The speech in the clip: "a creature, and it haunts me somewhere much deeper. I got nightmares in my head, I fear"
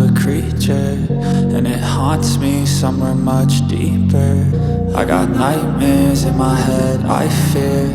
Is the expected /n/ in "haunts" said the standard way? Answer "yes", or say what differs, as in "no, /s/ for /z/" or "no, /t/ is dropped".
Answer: yes